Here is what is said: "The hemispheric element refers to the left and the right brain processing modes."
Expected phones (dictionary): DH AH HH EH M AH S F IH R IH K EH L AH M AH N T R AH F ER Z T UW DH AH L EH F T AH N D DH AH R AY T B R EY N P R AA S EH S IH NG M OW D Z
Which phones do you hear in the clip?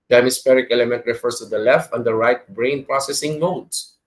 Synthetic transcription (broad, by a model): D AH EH M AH S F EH R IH K EH L AH M AH N T R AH F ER S T UW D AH L EH F T AH N D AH R AY T B R EY N P R AA S EH S IH NG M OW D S